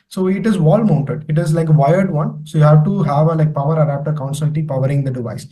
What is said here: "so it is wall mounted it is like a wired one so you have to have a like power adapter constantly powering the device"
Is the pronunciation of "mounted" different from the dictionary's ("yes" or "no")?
no